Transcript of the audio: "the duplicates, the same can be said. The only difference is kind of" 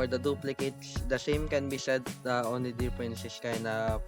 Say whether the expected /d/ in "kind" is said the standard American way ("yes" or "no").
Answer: no